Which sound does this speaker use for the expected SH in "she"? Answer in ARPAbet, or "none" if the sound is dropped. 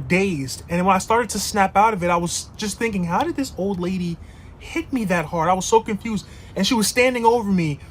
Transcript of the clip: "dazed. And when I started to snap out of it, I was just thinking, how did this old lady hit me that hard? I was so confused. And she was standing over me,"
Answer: SH